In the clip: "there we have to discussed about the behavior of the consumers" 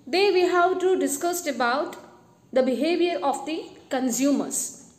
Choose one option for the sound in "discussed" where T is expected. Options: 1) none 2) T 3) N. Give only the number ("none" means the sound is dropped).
2